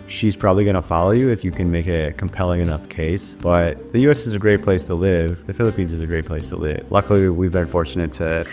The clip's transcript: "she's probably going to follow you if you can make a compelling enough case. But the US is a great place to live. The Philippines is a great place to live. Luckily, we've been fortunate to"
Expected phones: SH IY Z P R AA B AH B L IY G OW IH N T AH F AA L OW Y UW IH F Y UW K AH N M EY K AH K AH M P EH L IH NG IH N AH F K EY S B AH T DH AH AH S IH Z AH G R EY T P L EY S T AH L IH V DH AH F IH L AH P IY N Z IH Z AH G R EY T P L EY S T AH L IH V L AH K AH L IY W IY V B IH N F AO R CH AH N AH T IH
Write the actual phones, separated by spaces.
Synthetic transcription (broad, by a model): SH IY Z P R AA B AH B L IY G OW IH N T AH F AA L OW Y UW IH F Y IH K AH N M EY K AH K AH M P EH L IH NG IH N AH F K EY S B AH T DH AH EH S IH Z AH G R EY T P L EY S T AH L IH V DH AH F IH L AH P IY N Z IH Z AH G R EY T P L EY S T AH L IH V L AH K L IY W IY V B IH N F AO R CH AH N AH T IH